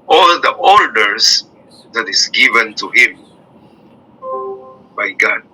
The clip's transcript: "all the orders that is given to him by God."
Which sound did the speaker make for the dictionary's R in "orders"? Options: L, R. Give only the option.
L